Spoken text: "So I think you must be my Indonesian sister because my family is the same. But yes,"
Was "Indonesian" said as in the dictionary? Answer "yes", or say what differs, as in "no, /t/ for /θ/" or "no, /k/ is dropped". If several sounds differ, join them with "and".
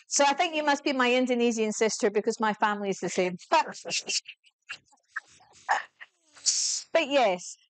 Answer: no, /z/ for /ʒ/